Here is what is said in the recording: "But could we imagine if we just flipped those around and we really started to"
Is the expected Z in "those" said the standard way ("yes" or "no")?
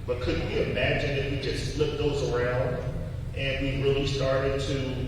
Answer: yes